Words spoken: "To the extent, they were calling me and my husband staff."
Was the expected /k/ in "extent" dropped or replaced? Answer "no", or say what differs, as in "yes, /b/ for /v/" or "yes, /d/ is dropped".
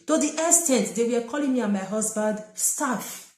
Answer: yes, /k/ is dropped